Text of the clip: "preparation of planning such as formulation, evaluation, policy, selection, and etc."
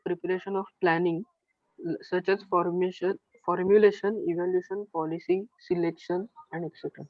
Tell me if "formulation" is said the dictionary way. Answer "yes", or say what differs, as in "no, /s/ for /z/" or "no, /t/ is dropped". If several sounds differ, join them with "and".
yes